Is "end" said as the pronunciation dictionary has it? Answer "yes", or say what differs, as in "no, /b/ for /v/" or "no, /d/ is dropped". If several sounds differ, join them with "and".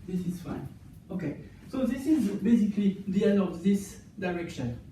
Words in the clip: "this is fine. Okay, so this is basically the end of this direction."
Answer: no, /d/ is dropped